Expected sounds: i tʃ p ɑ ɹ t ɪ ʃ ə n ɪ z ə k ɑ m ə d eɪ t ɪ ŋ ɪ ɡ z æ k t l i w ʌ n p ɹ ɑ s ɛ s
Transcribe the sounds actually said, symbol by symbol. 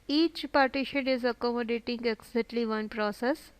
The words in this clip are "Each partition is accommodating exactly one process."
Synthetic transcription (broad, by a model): i tʃ p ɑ ɹ t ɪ ʃ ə n ɪ z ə k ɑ m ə d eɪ t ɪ ŋ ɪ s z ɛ t l i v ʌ n p ɹ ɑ s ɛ s